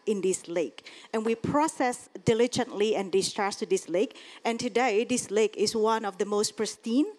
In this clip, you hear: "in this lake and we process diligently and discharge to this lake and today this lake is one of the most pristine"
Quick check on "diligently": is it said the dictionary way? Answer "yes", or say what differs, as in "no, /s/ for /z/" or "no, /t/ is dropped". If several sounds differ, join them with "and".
yes